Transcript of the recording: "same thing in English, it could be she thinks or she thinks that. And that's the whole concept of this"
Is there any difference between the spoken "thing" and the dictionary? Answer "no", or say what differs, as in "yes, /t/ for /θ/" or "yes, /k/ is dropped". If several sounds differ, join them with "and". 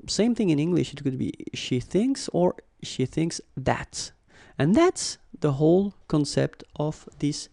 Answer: no